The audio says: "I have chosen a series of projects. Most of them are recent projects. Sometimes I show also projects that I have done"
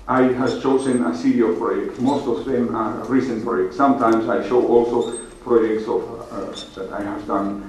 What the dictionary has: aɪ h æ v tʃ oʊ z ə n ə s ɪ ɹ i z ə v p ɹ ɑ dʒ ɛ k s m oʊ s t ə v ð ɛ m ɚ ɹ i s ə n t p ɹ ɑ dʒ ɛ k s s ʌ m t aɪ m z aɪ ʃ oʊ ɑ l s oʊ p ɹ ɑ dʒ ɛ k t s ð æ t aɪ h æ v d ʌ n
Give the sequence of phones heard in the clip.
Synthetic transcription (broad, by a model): aɪ h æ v tʃ oʊ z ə n ə s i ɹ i ə p ɹ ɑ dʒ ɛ k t m oʊ s t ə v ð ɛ m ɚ ɹ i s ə n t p ɹ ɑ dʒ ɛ k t s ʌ m t aɪ m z aɪ ʃ oʊ ɑ l s oʊ p ɹ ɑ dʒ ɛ k t s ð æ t aɪ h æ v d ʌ n